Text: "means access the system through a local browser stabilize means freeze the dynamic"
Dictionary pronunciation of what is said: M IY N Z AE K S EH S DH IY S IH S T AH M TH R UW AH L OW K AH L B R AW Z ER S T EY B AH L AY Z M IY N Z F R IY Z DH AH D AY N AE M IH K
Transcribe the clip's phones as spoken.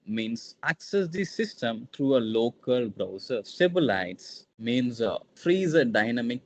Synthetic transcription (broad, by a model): M IY N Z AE K S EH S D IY S IH S T AH M T R UW AH L OW K AH L B R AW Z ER S T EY B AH L AY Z M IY N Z F R IY Z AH D AY N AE M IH K